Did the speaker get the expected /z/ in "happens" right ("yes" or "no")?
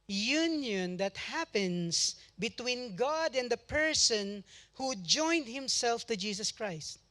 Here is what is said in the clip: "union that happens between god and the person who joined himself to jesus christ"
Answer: no